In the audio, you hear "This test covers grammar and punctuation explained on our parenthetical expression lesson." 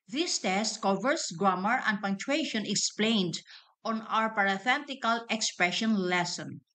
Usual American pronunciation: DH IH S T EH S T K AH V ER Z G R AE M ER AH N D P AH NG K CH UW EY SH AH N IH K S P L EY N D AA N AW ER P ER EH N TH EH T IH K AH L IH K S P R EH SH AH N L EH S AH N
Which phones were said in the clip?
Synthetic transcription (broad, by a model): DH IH S T EH S T K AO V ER S G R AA M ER AH N D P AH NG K CH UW EY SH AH N IH K S P L EY N D AA N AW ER P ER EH TH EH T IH K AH L IH K S P R EH SH AH N L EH S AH N